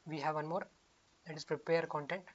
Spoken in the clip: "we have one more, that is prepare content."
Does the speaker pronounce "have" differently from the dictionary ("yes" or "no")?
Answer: no